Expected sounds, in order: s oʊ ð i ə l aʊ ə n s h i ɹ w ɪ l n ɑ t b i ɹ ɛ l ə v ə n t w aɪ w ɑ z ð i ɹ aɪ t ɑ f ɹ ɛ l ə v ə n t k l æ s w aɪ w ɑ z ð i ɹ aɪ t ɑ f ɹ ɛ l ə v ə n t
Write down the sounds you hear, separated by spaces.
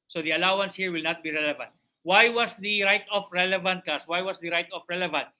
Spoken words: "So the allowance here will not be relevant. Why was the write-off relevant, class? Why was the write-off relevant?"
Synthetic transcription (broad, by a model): s oʊ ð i ə l aʊ ə n s h i ɹ w ɪ l n ɑ t b i ɹ ɛ l ə v ə n t w aɪ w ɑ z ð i ɹ aɪ t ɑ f ɹ ɛ l ə v ə n t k ɑ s w aɪ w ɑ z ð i ɹ aɪ t ɑ f ɹ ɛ l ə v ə n t